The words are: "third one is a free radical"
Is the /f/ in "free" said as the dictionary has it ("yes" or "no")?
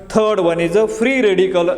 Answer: no